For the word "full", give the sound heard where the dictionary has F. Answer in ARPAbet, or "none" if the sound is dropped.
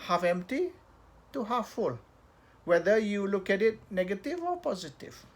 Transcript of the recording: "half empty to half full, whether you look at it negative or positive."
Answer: F